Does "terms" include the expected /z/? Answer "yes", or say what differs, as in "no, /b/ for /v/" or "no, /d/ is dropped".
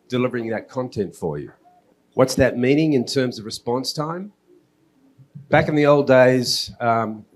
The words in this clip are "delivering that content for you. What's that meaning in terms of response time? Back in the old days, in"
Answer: yes